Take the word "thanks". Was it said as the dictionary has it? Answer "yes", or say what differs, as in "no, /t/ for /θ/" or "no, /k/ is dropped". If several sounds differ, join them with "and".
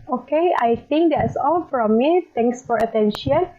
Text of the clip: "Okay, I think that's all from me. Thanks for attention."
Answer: no, /t/ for /θ/